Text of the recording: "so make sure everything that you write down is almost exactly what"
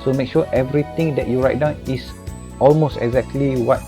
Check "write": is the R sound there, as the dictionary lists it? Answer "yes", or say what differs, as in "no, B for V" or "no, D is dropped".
yes